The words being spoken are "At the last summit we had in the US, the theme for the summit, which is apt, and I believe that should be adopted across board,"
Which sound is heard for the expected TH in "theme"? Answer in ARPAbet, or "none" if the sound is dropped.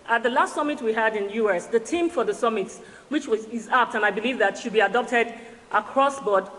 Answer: T